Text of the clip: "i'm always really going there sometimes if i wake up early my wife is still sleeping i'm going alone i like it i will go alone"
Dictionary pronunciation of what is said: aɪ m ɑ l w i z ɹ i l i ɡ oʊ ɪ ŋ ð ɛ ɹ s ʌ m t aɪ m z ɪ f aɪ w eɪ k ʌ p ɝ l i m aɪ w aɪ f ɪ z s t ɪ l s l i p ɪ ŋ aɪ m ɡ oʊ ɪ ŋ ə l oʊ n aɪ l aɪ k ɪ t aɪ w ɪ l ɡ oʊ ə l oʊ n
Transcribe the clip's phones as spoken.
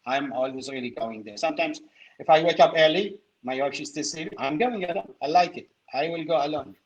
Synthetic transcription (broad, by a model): aɪ m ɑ l w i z ɹ i l i ɡ oʊ ɪ ŋ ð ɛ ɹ s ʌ m t aɪ m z ɪ f aɪ w eɪ k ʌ p ɝ l i m aɪ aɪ p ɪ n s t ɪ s i ɪ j m ɡ oʊ ɪ ŋ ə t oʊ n aɪ l aɪ k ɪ t aɪ w ɪ l ɡ oʊ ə l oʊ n